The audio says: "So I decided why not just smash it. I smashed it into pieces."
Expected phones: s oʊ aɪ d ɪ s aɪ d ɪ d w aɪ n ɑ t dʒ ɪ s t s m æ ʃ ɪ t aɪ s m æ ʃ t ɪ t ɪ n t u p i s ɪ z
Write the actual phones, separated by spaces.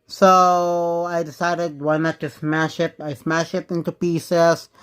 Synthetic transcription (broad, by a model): s oʊ aɪ d ɪ s aɪ d ɪ d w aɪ n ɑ t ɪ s s m æ ʃ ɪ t aɪ s m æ ʃ ɪ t ɪ n t u p i s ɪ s